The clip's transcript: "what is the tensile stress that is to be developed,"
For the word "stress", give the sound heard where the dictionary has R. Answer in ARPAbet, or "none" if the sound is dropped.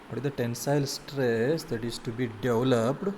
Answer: R